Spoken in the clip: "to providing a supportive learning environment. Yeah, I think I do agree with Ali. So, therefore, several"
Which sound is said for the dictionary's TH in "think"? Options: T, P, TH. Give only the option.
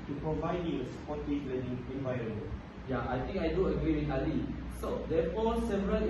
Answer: T